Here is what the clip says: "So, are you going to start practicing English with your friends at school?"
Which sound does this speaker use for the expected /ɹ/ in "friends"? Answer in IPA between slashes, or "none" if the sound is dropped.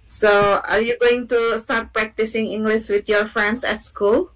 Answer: none